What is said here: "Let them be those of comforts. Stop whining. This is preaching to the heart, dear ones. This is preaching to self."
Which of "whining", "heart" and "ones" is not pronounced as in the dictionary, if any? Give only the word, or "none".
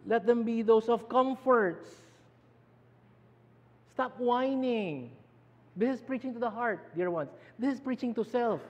ones